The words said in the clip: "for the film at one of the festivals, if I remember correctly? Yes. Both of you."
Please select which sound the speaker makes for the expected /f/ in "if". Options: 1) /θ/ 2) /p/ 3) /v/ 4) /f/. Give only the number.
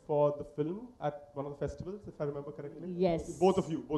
4